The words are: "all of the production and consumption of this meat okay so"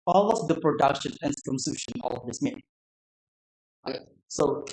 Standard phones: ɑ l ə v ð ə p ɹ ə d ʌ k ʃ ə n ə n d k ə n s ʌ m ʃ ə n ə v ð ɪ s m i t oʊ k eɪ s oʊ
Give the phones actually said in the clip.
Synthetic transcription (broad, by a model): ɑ l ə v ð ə p ɹ ə d ʌ k ʃ ə n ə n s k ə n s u ʃ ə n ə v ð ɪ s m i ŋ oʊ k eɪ s oʊ